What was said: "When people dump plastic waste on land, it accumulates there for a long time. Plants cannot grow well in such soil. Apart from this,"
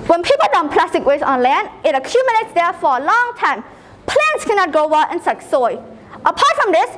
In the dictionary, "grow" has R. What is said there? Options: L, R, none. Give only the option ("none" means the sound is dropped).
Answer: none